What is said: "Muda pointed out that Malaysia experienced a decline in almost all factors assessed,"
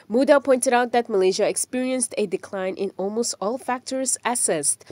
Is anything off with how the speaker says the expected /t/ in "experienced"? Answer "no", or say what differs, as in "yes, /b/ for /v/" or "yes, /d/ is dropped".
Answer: no